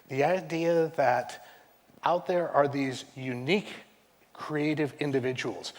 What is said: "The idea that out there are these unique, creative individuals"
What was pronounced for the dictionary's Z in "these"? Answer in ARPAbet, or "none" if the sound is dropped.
Z